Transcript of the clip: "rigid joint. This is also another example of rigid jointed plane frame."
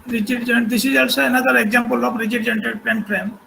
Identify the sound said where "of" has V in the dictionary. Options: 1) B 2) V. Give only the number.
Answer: 1